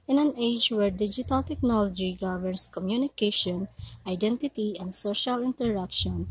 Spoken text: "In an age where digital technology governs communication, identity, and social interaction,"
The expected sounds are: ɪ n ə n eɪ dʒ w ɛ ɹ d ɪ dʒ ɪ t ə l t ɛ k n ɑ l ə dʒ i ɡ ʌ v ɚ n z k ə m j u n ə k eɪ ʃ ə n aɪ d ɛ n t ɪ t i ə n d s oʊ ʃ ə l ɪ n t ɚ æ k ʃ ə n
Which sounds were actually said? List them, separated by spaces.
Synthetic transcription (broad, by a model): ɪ n ə n eɪ dʒ w ɛ ɹ d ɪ dʒ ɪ t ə l t ɛ k n ɑ l ə dʒ i ɡ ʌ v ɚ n s k ə m j u n ə k eɪ ʃ ə n aɪ d ɛ n t ɪ t i ə n d s oʊ ʃ ə l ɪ n t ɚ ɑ k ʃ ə n